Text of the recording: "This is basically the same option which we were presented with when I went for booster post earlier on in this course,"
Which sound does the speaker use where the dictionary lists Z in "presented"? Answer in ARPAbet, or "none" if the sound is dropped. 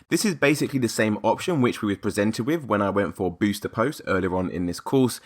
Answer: Z